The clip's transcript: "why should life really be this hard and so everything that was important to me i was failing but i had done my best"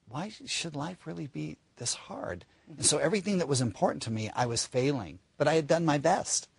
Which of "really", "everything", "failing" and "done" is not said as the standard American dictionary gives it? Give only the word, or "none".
none